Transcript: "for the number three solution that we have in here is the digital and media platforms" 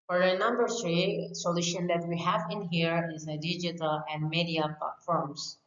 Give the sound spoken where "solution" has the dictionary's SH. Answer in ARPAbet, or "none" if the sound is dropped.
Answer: SH